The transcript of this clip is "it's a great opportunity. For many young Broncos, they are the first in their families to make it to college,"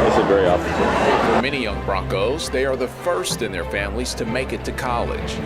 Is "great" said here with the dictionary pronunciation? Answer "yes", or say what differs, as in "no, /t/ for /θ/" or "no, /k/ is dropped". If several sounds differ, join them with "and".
no, /t/ is dropped